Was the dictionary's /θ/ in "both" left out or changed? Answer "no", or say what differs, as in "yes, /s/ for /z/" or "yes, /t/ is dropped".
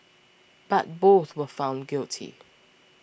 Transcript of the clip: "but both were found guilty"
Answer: no